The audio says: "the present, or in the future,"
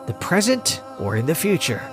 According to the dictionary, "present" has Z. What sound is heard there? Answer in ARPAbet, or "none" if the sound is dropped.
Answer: Z